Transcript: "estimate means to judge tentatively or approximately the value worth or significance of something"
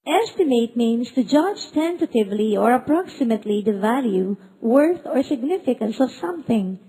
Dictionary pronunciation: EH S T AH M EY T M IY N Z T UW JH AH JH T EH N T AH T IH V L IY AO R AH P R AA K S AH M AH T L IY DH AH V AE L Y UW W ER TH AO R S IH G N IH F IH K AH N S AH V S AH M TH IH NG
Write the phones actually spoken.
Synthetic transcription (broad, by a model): EH S T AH M EY T M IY N S T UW JH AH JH T EH N T AH T IH V L IY AO R AH P R AA K S AH M AH T L IY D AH V AE L Y UW W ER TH AO R S IH G N IH F IH K AH N S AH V S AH M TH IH NG